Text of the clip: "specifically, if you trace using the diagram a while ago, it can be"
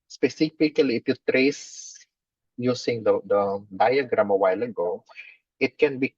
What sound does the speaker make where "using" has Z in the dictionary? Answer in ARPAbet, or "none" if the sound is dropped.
S